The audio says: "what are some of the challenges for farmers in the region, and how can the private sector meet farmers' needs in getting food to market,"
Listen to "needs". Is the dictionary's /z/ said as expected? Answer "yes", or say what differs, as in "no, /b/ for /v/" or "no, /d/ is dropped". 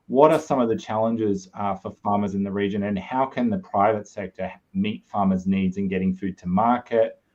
yes